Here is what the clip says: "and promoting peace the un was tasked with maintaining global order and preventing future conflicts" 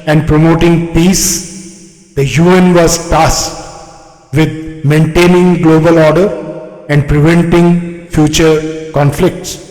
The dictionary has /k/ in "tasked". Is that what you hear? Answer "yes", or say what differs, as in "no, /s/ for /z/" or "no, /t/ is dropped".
no, /k/ is dropped